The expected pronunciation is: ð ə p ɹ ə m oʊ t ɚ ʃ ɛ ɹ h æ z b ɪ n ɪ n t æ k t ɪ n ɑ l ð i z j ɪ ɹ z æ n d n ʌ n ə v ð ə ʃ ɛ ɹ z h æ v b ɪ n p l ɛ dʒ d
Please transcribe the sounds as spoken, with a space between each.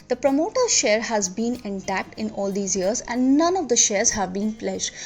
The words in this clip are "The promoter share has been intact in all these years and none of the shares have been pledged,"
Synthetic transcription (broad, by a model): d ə p ɹ ə m oʊ t ɚ ʃ ɛ ɹ h æ z b ɪ n ɪ n t æ k t ɪ n ɑ l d i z j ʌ ɹ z æ n d n ʌ n ə v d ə ʃ ɛ ɹ z h æ v b ɪ n p l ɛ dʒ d